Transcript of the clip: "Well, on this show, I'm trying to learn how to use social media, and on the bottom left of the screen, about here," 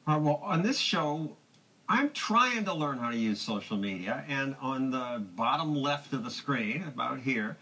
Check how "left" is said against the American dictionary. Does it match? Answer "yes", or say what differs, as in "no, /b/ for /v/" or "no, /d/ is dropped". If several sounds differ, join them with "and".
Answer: yes